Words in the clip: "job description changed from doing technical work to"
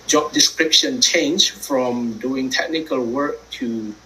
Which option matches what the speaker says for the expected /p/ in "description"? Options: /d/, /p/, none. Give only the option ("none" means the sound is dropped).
/p/